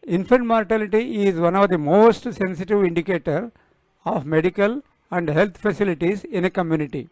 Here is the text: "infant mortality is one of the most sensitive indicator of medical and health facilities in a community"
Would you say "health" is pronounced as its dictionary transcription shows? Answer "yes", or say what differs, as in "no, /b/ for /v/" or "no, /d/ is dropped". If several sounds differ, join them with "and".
no, /t/ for /θ/